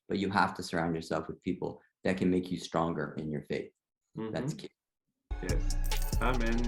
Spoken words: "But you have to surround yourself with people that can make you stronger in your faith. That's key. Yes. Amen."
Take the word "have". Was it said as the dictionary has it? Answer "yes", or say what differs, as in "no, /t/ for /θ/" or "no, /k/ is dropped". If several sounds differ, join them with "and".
no, /f/ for /v/